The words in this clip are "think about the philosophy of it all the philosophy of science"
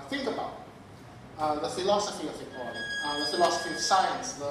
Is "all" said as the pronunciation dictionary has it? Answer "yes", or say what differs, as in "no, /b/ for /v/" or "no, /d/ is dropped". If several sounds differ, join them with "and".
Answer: no, /n/ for /l/